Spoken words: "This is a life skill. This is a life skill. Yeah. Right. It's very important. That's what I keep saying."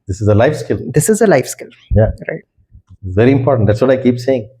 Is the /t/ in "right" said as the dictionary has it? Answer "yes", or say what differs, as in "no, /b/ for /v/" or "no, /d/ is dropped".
no, /t/ is dropped